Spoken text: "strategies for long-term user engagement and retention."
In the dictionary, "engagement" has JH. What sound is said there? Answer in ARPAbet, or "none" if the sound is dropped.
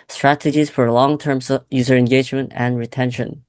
JH